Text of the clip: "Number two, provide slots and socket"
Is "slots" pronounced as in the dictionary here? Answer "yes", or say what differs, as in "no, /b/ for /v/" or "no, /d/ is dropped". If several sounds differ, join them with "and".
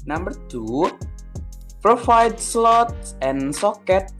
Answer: yes